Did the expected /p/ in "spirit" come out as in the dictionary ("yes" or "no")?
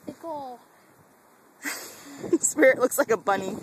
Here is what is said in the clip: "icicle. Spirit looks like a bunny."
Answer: yes